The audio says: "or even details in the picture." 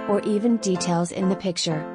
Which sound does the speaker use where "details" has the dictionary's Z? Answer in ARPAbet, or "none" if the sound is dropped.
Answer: Z